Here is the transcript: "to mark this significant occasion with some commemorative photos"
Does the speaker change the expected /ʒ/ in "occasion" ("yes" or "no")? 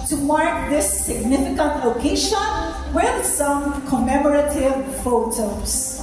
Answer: yes